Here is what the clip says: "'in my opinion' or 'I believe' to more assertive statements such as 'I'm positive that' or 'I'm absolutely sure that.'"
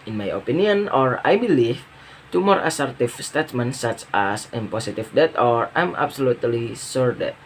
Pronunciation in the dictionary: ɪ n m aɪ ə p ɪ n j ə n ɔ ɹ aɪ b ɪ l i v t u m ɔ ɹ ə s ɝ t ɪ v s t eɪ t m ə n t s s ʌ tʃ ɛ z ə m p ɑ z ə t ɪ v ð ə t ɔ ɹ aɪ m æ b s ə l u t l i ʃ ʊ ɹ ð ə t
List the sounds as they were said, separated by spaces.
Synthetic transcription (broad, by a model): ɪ n m aɪ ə p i n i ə n ɔ ɹ aɪ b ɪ l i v t u m ɔ ɹ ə s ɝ t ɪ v s t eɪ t m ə n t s s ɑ tʃ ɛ s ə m p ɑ s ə t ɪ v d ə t ɔ ɹ aɪ m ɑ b s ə l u t l i s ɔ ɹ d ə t